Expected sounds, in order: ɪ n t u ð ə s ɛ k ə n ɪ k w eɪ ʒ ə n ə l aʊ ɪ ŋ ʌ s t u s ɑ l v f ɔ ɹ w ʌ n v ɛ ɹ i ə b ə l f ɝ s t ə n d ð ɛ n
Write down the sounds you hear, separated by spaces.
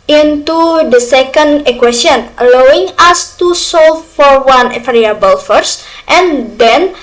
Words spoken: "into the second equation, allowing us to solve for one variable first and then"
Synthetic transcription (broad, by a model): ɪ n t u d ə s ɛ k ə n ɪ k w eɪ s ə n ə l aʊ ɪ ŋ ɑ s t u s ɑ l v f ɔ ɹ w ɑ n f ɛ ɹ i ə b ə l f ɝ s t ə n d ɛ n